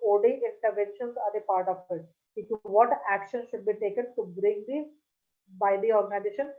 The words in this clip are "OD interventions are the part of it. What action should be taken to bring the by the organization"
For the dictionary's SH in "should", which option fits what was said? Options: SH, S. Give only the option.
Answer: SH